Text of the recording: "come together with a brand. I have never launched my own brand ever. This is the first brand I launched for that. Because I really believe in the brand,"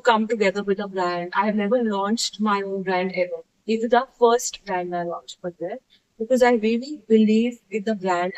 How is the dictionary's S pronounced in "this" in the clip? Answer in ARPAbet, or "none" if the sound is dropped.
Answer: none